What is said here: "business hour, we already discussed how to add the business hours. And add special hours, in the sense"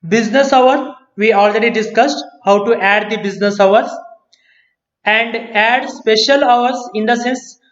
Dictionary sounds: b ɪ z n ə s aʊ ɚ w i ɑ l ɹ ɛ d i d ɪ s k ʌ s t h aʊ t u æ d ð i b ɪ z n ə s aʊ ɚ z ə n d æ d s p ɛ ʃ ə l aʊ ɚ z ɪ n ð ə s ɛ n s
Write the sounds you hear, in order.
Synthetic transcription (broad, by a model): b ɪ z n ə s aʊ ɚ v i ɑ l ɹ ɛ d i d ɪ s k ʌ s t h aʊ t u æ d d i b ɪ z n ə s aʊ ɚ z ə n d æ d s p ɛ ʃ ə l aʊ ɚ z ɪ n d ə s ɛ n s